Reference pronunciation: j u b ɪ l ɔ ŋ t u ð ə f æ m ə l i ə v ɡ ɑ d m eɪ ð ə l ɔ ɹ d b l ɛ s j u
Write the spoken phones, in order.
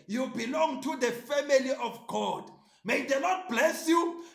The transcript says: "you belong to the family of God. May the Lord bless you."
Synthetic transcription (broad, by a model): j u b ɪ l ɔ ŋ t u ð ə f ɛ m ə l i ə f ɡ ɑ d m eɪ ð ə n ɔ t b l ɛ s j u